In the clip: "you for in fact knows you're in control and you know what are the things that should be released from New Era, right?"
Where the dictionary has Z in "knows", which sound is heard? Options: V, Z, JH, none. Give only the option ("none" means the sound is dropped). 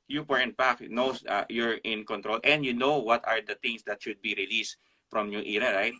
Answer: none